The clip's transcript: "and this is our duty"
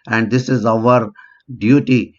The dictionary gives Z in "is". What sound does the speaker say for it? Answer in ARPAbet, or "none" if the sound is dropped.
Z